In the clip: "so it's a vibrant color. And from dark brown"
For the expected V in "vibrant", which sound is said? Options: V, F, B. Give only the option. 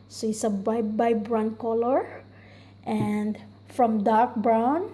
B